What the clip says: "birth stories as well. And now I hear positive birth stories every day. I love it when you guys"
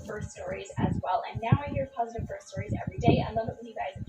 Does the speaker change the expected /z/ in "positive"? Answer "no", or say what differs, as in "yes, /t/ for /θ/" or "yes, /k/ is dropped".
no